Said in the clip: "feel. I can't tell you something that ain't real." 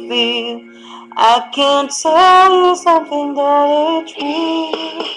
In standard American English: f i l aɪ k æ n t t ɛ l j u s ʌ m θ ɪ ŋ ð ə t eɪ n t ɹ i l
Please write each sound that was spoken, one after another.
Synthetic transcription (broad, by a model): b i aɪ k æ n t t ɛ l j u s ʌ m θ ɪ ŋ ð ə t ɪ t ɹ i